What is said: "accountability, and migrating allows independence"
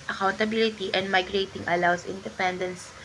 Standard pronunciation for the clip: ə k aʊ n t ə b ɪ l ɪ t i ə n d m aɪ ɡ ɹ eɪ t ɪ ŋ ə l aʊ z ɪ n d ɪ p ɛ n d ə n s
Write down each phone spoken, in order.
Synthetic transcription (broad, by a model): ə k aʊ n t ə b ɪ l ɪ t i ə n d m aɪ ɡ ɹ eɪ t ɪ ŋ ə l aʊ s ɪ n d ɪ p ɛ n d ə n s